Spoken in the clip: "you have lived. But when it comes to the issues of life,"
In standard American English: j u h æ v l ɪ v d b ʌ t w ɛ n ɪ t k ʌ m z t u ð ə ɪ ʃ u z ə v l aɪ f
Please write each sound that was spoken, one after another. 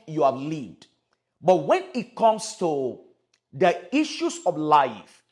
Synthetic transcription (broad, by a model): j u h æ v l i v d b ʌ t w ɛ n ɪ t k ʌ m s t u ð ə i ʃ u s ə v l aɪ f